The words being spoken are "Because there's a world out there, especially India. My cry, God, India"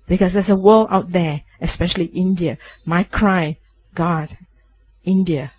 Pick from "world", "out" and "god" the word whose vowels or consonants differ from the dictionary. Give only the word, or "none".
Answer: world